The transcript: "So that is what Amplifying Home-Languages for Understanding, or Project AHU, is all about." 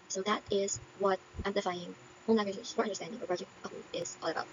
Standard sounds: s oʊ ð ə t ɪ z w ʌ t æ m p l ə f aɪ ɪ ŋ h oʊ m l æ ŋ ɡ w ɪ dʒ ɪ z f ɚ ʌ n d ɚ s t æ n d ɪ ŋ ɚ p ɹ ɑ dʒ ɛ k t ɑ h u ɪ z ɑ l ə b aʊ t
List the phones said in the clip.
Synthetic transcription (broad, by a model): s oʊ ð ə t ɪ z w ʌ t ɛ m l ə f aɪ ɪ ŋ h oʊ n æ ɡ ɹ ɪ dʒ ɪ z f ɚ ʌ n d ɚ s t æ n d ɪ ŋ ɚ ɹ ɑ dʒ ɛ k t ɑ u ɪ z ɑ l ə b aʊ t